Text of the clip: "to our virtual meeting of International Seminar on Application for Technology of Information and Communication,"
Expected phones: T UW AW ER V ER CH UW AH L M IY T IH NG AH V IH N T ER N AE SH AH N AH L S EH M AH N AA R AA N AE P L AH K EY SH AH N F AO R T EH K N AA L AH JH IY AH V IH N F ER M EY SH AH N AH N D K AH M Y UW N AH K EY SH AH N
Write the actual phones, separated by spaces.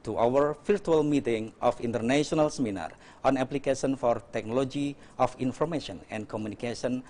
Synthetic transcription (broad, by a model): T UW AW ER F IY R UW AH L M IY T IH NG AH F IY N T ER N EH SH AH N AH L S EH M AH N AA R AA N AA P L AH K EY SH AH N F AO R T EH K N AA L AH JH IY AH F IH N F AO M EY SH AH N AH N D K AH M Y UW N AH K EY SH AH N